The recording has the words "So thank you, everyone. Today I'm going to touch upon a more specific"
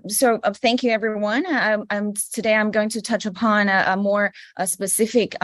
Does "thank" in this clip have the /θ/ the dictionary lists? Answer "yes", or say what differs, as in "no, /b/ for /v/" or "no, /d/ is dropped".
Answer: yes